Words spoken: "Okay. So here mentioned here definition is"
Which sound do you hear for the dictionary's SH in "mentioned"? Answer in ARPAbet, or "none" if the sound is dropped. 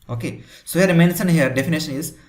S